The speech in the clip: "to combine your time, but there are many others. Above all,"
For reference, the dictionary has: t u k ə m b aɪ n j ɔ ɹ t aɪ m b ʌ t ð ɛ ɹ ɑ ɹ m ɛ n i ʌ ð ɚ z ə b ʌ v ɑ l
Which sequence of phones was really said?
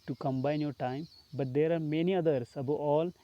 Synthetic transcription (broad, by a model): t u k ə m b aɪ n j ɔ ɹ t aɪ m b ʌ t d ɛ ɹ ɑ ɹ m ɛ n i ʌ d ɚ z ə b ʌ ɑ l